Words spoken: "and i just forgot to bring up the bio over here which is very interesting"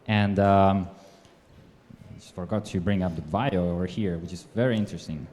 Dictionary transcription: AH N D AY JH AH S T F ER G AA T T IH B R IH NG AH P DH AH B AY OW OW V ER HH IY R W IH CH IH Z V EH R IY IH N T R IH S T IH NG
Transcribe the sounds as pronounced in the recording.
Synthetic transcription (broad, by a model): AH N D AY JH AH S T F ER G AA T T IH B R IH NG AH P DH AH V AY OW OW V ER HH IY R W IH CH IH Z V EH R IY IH N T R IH S T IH NG